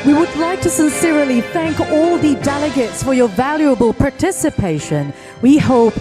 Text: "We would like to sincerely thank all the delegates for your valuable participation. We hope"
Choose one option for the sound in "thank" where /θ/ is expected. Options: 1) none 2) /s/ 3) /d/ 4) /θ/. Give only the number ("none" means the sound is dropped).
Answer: 4